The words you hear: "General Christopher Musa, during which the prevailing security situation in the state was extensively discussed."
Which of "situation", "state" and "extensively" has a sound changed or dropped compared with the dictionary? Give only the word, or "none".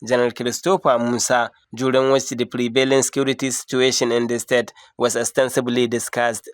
extensively